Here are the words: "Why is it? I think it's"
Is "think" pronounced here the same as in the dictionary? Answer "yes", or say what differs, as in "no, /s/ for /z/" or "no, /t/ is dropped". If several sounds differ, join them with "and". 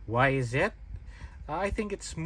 yes